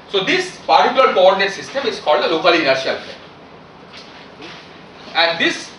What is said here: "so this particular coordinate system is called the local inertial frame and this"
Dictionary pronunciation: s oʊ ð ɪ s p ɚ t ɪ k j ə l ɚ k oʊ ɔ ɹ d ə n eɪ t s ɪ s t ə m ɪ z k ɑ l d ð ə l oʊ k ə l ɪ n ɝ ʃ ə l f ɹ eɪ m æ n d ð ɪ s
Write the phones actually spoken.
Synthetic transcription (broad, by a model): s oʊ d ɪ s p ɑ t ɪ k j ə l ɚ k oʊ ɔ ɹ d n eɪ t s ɪ s t ə m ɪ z k ɑ l d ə l oʊ k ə l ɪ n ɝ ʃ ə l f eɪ æ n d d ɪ s